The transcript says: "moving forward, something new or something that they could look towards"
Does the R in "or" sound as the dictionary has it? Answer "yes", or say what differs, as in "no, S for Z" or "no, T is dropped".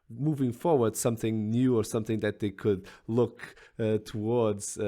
yes